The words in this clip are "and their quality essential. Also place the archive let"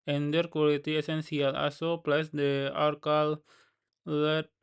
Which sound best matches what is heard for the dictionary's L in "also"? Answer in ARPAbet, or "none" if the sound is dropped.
none